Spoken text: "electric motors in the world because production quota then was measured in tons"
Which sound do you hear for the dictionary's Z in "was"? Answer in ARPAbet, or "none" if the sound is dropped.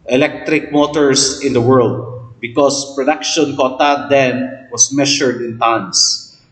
S